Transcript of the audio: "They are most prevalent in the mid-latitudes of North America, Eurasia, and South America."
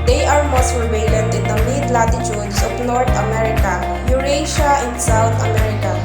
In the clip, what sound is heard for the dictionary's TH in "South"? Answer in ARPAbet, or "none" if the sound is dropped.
T